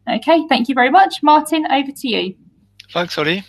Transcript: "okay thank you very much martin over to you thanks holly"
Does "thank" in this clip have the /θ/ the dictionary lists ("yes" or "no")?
yes